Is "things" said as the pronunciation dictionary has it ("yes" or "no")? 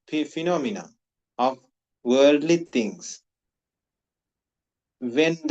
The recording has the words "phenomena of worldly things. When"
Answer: no